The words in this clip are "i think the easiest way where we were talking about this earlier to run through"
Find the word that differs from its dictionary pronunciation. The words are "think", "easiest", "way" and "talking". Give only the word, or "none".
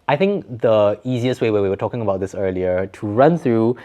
none